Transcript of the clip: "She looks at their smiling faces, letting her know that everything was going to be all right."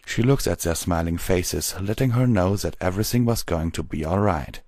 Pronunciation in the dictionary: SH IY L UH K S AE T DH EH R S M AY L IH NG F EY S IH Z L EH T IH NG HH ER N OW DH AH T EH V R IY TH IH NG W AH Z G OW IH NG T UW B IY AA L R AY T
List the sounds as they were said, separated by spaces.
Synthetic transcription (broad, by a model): SH IY L UH K S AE T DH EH R S M AY L IH NG F EY S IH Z L EH T IH NG HH ER N OW DH AH T EH V R IY TH IH NG W AH Z G OW IH NG T UW B IY AA L R AY T